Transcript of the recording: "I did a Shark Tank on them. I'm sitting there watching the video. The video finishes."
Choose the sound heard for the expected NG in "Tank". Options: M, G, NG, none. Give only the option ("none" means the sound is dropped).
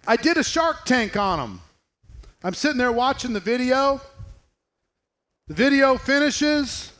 NG